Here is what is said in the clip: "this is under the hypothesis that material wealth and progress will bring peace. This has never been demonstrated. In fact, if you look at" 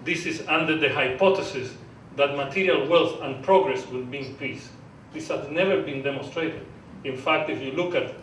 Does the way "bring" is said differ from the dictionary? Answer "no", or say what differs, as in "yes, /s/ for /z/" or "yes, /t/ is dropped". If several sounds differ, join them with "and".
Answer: yes, /ɹ/ is dropped